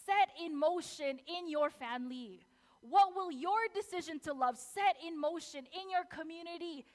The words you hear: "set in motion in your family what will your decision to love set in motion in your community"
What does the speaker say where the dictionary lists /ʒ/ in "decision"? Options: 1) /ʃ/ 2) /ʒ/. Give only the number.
2